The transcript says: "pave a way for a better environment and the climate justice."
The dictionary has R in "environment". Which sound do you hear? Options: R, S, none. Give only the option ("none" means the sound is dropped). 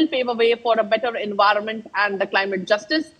R